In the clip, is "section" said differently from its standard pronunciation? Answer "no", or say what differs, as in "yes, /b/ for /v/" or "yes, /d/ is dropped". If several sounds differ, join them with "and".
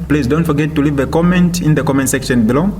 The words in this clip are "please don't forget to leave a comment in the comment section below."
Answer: no